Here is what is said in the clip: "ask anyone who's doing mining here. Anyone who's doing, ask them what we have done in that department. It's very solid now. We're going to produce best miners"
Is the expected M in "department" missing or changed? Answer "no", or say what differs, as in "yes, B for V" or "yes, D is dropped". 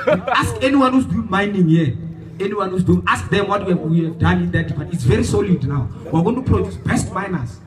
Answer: yes, M is dropped